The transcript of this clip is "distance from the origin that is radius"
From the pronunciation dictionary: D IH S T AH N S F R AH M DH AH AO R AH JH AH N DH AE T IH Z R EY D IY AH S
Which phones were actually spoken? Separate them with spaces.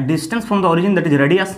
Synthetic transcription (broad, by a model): D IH S T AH N S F R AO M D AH AO R AH JH AH N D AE T IH Z R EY D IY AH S